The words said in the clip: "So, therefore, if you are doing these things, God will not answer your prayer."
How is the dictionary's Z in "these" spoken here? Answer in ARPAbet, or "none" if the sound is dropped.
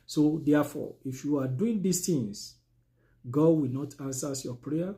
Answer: S